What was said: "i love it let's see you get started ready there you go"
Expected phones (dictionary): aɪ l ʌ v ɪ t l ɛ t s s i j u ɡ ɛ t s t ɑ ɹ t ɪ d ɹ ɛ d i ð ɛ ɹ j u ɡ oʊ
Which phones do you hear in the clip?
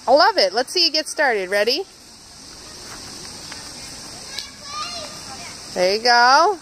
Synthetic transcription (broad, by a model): aɪ l ʌ v ɪ t l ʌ t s s i j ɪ ɡ ɛ t s t ɑ ɹ t ɪ d ɹ ɛ d i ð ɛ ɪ ɡ oʊ